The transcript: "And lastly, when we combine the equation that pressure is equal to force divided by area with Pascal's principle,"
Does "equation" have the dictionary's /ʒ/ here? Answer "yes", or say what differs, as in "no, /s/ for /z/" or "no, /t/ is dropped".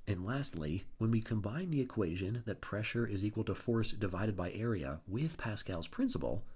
yes